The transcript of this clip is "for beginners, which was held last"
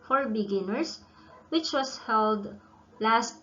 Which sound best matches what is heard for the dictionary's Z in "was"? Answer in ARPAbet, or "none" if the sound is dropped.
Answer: S